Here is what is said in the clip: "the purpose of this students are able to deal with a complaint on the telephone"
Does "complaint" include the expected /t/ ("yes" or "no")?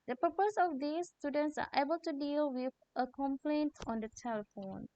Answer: yes